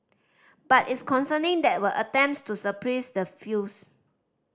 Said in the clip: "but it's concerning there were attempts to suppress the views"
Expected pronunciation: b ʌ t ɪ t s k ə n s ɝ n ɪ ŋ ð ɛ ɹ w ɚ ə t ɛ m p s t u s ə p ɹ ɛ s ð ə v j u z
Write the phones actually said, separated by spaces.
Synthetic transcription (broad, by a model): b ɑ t ɪ t s k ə n s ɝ n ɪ ŋ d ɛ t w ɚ ə t ɛ m p s t u s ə p ɹ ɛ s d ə f j u s